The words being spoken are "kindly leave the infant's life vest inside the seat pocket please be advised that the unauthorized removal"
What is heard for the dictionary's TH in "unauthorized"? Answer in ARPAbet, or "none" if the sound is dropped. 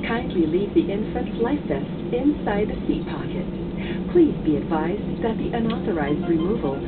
TH